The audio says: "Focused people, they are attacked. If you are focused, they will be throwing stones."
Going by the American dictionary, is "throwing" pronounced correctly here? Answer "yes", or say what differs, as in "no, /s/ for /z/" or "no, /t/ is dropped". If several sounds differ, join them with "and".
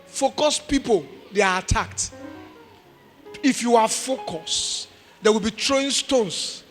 no, /t/ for /θ/